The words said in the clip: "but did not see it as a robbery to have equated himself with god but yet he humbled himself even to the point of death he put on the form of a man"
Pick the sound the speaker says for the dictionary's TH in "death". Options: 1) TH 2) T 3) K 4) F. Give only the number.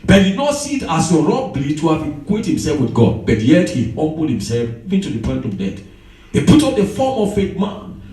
2